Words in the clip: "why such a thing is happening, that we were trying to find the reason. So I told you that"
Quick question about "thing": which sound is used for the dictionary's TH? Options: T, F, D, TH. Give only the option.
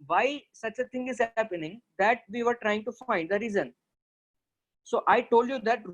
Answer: T